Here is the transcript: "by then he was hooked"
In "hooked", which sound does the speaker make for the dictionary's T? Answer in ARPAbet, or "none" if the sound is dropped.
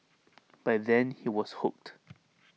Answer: T